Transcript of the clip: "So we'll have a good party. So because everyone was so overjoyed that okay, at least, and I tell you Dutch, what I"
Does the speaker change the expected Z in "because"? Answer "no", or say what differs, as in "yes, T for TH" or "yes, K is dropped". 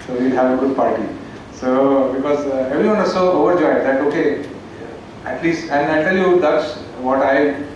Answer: no